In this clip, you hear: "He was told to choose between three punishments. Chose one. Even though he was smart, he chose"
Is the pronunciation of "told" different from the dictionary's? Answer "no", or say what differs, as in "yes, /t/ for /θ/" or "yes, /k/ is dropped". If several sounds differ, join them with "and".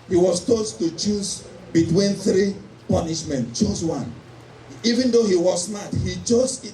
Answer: yes, /l/ is dropped